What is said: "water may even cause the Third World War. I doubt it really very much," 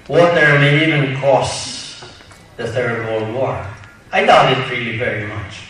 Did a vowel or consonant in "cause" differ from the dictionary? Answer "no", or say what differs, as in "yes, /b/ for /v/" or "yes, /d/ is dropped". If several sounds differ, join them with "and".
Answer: yes, /s/ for /z/